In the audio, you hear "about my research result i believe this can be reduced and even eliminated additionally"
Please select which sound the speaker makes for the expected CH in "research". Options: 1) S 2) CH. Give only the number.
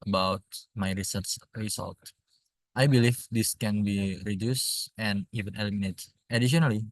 1